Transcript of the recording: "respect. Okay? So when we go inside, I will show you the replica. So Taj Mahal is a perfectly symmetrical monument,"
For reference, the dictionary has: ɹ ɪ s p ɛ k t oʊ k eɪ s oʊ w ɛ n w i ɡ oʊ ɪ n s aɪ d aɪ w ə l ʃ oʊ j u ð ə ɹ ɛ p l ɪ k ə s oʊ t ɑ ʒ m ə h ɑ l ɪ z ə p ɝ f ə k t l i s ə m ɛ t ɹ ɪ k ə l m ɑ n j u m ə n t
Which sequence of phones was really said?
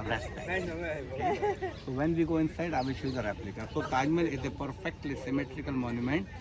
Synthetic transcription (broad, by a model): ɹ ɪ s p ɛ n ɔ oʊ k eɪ s oʊ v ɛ n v i ɡ oʊ ɪ n s aɪ d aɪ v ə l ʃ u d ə ɹ ɛ p l ɪ k ə s oʊ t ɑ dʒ m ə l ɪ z ə p ɝ f ə k t l i s ə m ɛ t ɹ ɪ k ə l m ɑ n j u m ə n t